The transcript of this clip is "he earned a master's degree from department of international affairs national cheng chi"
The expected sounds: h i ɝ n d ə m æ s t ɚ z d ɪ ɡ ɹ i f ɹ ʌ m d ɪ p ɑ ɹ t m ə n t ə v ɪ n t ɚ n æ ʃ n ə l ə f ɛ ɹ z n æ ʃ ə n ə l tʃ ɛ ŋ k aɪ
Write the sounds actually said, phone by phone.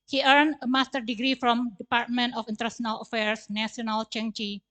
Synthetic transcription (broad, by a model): h i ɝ n ə m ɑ s t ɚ d ɪ ɡ ɹ i f ɹ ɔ m d ɪ p ɑ ɹ t m ə n t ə f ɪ n t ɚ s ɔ n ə l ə f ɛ ɹ s n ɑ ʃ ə n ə l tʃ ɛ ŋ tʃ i